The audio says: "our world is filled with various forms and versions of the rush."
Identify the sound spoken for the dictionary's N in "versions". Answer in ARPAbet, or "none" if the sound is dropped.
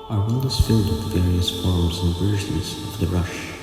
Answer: none